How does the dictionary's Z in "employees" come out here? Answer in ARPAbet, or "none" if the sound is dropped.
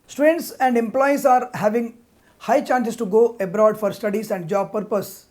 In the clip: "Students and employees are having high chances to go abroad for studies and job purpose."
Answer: S